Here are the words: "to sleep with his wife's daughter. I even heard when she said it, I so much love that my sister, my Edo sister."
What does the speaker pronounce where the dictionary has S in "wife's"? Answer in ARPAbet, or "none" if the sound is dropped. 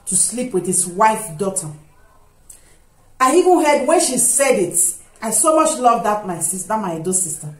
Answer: none